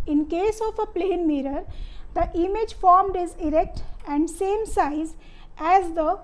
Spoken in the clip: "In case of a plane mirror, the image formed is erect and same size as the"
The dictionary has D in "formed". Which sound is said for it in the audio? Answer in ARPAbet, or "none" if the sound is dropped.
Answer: D